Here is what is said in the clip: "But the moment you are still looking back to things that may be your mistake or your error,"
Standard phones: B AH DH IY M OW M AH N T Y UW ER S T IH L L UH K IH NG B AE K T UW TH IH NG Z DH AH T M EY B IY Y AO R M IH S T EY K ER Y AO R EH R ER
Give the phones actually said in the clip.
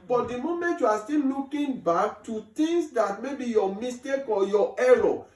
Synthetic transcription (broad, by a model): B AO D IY M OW M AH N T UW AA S T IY L L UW K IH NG B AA K T UW T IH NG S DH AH T M EY B IY Y AO M IH S T EY K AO Y AO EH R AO